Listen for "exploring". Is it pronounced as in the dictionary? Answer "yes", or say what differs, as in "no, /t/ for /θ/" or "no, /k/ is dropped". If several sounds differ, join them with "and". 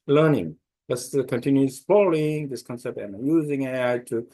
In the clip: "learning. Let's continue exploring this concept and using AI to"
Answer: no, /ɹ/ is dropped